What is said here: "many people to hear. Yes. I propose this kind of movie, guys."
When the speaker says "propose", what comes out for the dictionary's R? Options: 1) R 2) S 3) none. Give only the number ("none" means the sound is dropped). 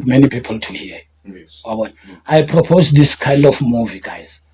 1